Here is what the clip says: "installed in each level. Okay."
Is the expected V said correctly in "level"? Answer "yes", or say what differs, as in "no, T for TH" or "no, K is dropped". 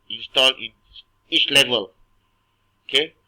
yes